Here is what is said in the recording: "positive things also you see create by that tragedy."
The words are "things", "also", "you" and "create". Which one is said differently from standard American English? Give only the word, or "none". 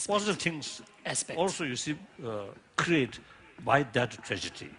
things